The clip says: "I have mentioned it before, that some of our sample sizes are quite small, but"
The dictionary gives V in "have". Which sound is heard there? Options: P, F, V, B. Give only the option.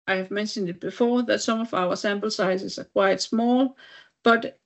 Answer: V